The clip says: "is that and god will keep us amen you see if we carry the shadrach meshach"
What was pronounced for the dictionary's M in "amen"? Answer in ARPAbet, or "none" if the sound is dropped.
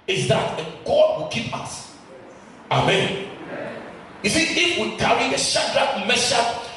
M